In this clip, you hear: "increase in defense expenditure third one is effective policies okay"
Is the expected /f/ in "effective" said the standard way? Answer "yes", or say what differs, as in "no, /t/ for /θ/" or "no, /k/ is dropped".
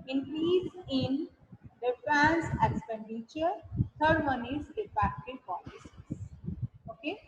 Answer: no, /p/ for /f/